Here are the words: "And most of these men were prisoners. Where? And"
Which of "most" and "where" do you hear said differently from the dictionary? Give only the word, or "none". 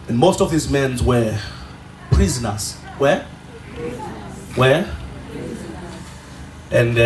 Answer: where